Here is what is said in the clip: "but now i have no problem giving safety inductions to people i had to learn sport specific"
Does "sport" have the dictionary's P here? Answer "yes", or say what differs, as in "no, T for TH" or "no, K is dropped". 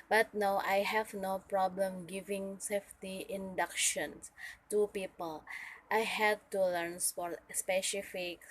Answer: no, F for P